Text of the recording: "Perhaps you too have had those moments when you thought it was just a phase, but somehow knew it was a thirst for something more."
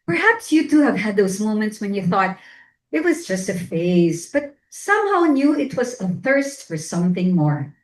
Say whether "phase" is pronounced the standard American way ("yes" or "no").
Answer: yes